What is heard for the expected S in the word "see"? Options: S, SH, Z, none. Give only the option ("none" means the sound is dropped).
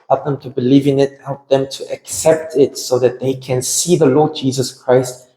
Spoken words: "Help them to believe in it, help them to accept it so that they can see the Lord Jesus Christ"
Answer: S